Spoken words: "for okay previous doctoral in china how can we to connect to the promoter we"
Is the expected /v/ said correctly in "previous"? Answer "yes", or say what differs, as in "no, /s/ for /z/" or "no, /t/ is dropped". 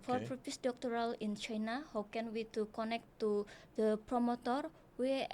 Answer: no, /f/ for /v/